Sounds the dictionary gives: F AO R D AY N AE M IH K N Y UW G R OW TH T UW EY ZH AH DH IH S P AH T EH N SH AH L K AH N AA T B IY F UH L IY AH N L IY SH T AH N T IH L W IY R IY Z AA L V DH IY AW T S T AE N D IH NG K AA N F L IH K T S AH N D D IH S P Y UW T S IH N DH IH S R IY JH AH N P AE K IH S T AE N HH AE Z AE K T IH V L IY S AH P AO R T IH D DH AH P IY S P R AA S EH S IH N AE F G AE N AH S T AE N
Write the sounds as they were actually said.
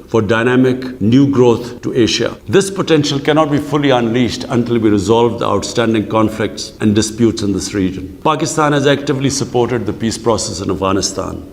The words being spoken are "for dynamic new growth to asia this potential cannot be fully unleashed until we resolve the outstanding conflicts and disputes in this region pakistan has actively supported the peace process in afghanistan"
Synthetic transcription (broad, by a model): F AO R D AY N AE M IH K N Y UW G R OW T T UW EY SH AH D IH S P AH T EH N SH AH L K AH N AA T B IY F UH L IY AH N L IY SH T AH N T IH L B IY R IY Z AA L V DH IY AW T S T AE N D IH NG K AA N F L IH K T S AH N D D IH S P Y UW T S IH N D IH S R IY JH AH N P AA K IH S T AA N HH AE Z AE K T IH V L IY S AH P AO R T IH D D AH P IY S P R AA S EH S IH N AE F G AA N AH S T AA N